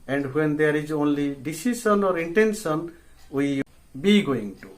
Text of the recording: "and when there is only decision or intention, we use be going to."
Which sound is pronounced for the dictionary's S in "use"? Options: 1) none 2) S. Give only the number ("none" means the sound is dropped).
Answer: 1